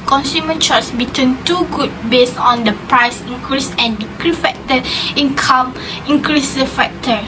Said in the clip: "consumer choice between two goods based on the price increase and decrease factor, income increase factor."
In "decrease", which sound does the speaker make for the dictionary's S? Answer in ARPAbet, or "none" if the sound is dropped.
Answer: none